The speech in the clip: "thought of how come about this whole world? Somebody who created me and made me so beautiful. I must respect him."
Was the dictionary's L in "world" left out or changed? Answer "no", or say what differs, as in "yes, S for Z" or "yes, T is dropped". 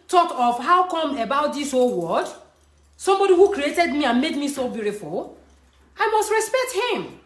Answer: yes, L is dropped